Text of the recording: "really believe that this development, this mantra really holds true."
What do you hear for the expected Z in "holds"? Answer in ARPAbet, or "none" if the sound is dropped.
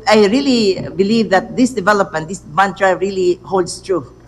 S